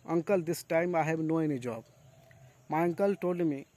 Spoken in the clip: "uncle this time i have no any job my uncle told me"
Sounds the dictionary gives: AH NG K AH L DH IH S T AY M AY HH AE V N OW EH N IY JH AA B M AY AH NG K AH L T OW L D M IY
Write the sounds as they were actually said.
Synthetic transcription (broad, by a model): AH NG K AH L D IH S T AY M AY HH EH B N OW EH N IY JH AA B M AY AH NG K AH L T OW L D M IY